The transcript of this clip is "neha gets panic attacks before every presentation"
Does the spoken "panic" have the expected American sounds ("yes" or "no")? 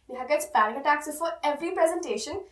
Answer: no